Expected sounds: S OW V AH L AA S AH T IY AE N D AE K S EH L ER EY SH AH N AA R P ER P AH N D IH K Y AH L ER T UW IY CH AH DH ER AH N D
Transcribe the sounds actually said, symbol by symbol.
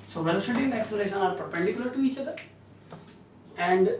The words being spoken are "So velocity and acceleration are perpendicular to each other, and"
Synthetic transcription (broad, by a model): S OW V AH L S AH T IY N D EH K S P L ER EY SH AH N AA R P ER P AH N D IH K Y AH L ER T UW IY CH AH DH ER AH N D